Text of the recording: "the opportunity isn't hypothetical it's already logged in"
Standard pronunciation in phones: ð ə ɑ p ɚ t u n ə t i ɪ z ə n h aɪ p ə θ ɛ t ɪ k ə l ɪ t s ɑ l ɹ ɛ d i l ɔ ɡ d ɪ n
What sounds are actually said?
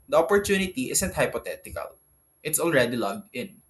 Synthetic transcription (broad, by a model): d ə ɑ p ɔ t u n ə t i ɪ s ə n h aɪ p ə t ɛ t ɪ k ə l ɪ t s ɑ l ɹ ɛ d i l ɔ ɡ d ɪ n